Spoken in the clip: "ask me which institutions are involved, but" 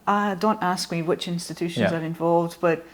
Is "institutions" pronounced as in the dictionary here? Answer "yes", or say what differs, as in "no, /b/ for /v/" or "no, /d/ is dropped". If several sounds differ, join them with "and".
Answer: yes